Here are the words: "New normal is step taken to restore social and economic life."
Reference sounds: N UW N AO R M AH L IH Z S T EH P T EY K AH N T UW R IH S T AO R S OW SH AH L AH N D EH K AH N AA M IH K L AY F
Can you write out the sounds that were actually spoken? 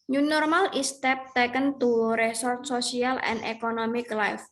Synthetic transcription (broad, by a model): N UW N AO R M AH L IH S T EH P T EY K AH N T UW R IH S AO R S OW S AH L AH N D EH K AH N AA M IH K L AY F